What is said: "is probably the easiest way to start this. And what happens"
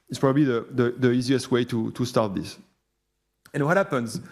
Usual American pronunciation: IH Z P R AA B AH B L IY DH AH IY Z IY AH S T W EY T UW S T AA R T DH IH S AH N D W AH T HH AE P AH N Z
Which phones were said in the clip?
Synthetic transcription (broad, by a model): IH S P R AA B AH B L IY DH AH IY Z IY AH S T W EY T UW S T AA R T DH IH S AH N W AH T HH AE P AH N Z